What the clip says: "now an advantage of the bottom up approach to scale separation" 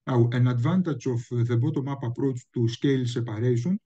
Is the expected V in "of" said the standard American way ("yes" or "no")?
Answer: no